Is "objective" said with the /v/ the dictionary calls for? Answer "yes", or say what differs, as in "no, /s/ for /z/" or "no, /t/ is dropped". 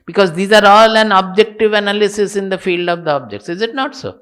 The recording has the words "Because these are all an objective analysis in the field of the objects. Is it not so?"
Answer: yes